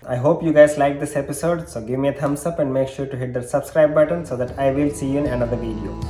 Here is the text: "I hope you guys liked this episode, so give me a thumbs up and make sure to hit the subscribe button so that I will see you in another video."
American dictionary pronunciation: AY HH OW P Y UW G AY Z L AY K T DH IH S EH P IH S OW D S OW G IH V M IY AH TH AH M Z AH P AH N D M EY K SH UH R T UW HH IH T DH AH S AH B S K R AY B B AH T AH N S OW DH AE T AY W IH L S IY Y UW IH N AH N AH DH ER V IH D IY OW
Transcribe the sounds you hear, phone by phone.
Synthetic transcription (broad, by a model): AY HH OW P Y UW G AY Z L AY K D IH S EH P IH S OW D S OW G IH V M IY AH T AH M S AH P AH N D M EY K SH UH R T UW HH IH T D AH S AH B S K R AY B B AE T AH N S OW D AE T AY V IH L S IY Y UW IH N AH N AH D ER V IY D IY OW